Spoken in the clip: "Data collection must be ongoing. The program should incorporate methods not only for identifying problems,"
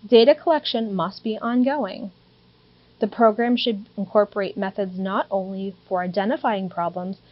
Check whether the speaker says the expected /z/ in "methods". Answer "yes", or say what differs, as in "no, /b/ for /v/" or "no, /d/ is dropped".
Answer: yes